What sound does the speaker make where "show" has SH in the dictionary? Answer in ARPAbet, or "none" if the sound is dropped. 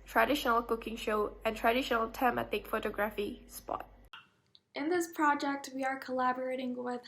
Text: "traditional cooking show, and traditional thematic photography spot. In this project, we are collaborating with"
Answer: SH